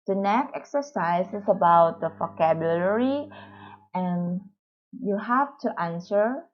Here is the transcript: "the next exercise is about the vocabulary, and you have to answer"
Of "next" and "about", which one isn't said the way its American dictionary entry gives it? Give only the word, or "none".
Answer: next